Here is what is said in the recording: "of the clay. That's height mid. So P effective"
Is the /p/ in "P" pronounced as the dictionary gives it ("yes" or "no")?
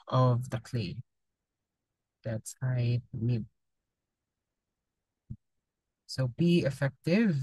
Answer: no